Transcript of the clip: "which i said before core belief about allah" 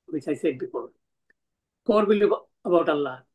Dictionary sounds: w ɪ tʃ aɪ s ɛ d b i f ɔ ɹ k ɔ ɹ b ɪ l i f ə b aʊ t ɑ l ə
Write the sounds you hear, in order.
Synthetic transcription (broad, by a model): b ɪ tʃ aɪ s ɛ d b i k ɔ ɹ k ɔ ɹ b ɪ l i ə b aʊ t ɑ l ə